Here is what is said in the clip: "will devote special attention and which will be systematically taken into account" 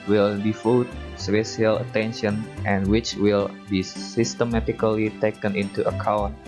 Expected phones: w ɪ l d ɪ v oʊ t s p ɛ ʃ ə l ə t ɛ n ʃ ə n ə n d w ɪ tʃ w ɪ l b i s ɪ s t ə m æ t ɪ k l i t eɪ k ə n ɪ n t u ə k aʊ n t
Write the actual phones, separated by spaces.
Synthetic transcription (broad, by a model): w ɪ l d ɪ f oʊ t s p ɛ ʃ ə l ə t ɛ n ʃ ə n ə n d w ɪ tʃ w ɪ l b i s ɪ s t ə m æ t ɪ k l i t eɪ k ə n ɪ n t u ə k aʊ n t